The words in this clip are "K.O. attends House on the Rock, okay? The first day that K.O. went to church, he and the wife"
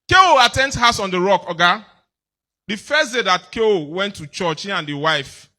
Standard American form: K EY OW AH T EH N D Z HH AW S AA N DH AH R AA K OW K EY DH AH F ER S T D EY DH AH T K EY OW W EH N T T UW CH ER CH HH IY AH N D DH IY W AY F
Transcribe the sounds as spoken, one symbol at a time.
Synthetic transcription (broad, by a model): K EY OW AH T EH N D HH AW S AA N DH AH R AA K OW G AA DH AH F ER S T D EY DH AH T K EY OW W EH N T T UW CH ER CH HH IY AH N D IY W AY F